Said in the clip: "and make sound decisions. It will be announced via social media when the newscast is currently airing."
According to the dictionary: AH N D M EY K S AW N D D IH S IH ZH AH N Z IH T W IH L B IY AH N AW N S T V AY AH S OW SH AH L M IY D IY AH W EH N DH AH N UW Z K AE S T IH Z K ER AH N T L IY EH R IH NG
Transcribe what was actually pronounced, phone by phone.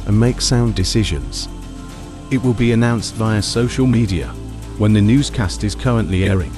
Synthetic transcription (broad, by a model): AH N M EY K S AW N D D IH S IH ZH AH N Z IH T W IH L B IY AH N AW N S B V AY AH S OW SH AH L M IY D IY AH W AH N DH AH N UW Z K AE S T IH Z K ER AH N T L IY EH R IH NG